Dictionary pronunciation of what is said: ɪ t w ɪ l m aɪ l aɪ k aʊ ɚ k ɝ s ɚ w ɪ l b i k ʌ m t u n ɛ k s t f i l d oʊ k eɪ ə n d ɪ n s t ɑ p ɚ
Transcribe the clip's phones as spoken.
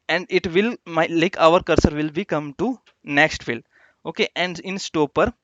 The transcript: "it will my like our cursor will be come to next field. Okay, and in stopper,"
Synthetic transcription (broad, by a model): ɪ t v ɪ l m aɪ l aɪ k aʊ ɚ k ɝ s ɚ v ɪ l b i k ʌ m t u n ɛ k s t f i l oʊ k eɪ ə n d ɪ n s t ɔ p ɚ